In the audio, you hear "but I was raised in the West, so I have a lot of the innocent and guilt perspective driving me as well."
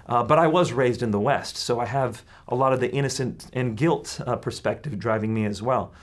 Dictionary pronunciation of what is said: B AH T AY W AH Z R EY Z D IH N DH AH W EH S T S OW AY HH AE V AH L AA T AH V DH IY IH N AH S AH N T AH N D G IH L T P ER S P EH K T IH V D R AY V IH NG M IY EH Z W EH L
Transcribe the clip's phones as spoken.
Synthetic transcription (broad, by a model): B AH T AY W AH Z R EY Z D IH N DH AH W EH S T S OW AY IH V AH L AA T AH V DH IY IH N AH S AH N T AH N G IH L T P ER S P EH K T IH V D R AY V IH NG M IY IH Z W EH L